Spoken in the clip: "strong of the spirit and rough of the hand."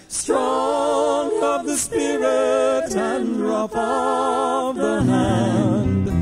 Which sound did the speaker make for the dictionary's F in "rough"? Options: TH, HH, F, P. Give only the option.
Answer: P